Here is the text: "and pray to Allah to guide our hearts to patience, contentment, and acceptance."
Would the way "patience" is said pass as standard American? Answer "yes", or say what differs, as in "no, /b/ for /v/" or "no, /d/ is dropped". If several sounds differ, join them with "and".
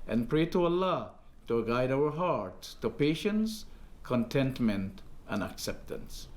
yes